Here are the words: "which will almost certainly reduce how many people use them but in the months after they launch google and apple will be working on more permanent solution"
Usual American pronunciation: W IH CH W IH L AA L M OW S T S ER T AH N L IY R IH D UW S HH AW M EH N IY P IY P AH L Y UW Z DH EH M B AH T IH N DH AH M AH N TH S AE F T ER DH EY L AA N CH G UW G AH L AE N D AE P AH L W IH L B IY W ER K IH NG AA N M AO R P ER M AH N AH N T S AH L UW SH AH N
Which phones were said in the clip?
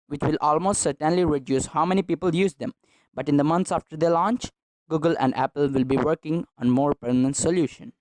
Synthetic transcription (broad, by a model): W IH CH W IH L AA L M OW S T S ER T AH N L IY R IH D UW S HH AW M EH N IY P IY P AH L Y UW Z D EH M B AH T IH N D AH M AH N T S AE F T ER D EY L AA N CH G UW G AH L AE N D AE P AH L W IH L B IY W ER K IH NG AA N M AO R P ER M AH N AH N T S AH L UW SH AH N